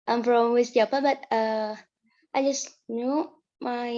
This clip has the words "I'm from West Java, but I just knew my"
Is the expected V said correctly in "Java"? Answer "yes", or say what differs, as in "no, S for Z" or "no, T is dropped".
no, P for V